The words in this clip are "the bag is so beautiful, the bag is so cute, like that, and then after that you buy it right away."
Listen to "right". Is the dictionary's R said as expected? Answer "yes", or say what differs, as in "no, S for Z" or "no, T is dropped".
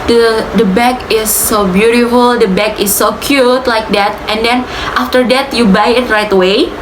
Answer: yes